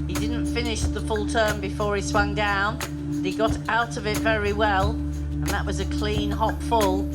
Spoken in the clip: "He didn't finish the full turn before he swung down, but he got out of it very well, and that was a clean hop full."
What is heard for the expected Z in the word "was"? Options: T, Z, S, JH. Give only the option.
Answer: Z